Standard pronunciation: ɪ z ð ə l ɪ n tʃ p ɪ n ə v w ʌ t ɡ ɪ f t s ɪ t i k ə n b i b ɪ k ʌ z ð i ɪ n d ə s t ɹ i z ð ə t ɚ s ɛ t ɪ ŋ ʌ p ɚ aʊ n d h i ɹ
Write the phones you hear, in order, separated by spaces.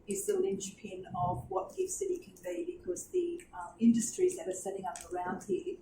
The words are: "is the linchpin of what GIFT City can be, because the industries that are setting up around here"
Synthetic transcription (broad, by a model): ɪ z ð ə l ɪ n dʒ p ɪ n ə v w ʌ t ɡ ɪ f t s ɪ t i k ə n b i b ɪ k ʌ z ð i ɪ n d ə s t ɹ i z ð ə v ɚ s ɛ t ɪ ŋ ʌ p ɚ aʊ n d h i